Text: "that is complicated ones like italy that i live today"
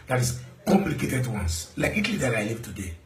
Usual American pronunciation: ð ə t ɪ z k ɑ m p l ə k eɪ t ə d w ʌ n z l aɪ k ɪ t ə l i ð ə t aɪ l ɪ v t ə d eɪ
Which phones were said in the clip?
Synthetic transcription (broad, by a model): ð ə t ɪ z k ɑ m p l ə k eɪ t ə d w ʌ n s l aɪ k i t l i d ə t aɪ l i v t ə d eɪ